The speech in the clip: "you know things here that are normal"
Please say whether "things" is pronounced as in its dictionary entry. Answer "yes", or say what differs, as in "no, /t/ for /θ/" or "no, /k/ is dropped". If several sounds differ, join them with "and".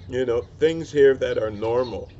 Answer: yes